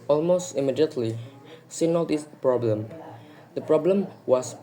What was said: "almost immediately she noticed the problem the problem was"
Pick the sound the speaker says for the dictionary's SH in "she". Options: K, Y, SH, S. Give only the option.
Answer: S